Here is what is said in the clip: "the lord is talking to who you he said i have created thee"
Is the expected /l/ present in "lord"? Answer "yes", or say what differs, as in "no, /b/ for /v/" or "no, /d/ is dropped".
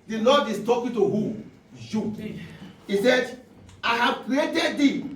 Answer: no, /n/ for /l/